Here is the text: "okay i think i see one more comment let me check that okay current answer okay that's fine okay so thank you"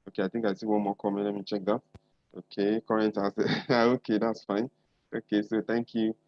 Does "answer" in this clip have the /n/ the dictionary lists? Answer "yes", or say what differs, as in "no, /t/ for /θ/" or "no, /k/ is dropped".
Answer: no, /n/ is dropped